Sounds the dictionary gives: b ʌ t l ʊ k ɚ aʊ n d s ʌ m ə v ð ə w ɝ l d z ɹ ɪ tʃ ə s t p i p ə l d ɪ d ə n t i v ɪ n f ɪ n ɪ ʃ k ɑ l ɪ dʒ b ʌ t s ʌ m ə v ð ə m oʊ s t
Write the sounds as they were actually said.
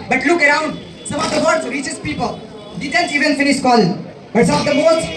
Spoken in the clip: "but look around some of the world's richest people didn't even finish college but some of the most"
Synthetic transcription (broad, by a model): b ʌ t l ʊ k ɚ aʊ n d s ʌ m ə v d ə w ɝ d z ɹ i tʃ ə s p i p ə l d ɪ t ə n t i v ɪ n f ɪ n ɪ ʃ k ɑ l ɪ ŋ b ʌ t s ʌ m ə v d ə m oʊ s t